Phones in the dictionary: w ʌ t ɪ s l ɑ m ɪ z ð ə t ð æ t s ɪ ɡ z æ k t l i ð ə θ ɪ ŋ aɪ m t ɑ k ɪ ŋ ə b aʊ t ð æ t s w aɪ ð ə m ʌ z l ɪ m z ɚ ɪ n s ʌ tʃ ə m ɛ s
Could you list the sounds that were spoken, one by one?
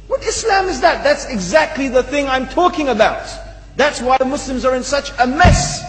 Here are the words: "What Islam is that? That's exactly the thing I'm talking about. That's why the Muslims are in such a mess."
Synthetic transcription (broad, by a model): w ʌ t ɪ s l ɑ m ɪ z ð ə t ð æ t s ɪ ɡ z æ k t l i ð ə θ ɪ ŋ aɪ m t ɑ k ɪ ŋ ə b aʊ t ð æ t s w aɪ ð ə m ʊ s l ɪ m z ɚ ɪ n s ʌ tʃ ə m ɛ s